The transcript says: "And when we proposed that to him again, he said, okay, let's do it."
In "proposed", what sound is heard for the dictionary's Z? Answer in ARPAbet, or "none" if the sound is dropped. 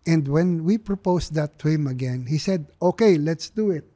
S